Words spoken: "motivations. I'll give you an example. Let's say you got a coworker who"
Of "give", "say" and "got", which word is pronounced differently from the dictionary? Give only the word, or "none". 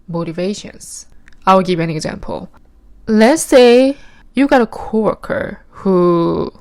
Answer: none